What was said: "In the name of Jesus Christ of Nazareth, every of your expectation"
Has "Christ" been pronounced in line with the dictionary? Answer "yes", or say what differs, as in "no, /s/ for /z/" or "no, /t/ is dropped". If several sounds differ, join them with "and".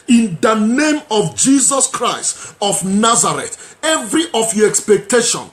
yes